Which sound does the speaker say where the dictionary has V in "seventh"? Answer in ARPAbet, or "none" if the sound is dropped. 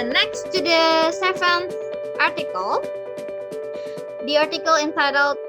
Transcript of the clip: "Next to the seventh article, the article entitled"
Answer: F